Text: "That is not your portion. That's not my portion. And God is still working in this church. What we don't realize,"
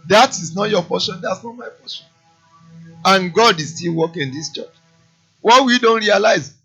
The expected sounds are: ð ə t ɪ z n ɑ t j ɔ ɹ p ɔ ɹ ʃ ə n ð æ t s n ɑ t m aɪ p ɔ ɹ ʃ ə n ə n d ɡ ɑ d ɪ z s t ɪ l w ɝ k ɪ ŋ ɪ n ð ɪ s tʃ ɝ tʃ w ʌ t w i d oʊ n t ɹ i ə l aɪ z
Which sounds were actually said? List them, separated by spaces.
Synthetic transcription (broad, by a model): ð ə t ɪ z n ɑ t j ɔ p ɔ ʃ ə n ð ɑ t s n ɑ t m aɪ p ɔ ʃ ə n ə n ɡ ɑ d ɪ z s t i l w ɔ k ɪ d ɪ s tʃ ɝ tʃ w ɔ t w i d oʊ n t ɹ i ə l aɪ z